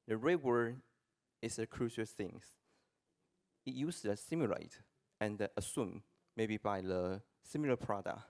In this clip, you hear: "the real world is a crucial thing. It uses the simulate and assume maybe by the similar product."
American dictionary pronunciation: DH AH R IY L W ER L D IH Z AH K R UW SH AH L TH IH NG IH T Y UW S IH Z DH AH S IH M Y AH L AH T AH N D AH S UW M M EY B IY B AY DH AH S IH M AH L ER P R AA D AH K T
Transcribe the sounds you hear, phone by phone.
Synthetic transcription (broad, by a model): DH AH R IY W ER D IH S AH K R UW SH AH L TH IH NG IH T Y UW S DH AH S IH M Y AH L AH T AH N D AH S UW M M EY B IY B AY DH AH S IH M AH L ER P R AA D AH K